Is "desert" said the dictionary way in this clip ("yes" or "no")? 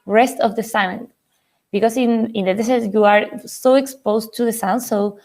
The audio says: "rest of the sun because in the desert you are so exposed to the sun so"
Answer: no